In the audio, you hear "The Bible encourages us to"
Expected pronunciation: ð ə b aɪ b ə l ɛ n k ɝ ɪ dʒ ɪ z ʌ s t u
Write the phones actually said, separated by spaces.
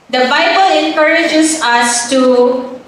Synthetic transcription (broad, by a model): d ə b aɪ b ə l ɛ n k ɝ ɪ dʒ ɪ s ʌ s t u